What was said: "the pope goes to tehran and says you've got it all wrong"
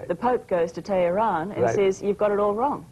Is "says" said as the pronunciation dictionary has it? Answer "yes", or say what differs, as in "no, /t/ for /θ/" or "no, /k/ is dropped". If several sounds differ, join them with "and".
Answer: yes